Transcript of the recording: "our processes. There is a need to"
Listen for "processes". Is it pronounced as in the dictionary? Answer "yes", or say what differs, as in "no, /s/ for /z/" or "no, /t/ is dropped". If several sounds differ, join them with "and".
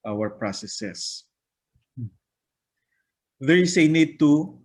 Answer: no, /s/ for /z/